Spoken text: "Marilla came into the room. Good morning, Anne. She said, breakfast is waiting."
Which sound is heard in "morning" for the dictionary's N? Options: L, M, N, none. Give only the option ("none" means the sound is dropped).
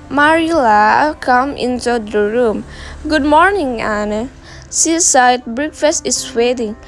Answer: N